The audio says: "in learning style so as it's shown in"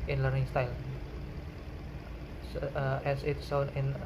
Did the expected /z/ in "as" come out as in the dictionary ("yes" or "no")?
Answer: no